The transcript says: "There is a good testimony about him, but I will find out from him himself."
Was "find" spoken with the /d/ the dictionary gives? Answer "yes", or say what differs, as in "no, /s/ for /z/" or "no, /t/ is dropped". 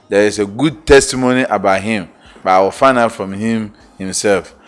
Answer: no, /d/ is dropped